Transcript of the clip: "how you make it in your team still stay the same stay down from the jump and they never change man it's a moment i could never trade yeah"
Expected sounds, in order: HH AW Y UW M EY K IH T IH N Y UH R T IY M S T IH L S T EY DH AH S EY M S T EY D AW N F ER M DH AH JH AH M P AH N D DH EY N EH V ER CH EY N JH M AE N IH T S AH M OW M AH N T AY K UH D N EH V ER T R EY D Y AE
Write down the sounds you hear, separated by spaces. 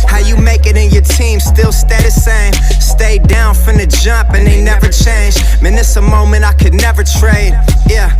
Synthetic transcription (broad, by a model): HH AW Y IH M EY K IH T IH N Y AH R T IY M S T IH L S T EY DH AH S EY M S T EY D AW N F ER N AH JH AH M P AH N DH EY N EH V ER CH EY N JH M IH N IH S AH M OW M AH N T AY K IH D N EH V ER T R EY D Y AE